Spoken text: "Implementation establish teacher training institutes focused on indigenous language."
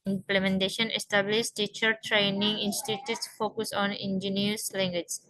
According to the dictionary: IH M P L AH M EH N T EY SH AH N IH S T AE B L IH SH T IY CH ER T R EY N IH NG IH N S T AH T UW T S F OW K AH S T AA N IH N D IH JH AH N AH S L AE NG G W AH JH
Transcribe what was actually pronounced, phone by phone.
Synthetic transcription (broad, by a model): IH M P L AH M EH N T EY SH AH N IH S T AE B L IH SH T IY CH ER T R EY N IH NG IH N S T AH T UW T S F OW K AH S AA N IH N JH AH N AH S L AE NG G W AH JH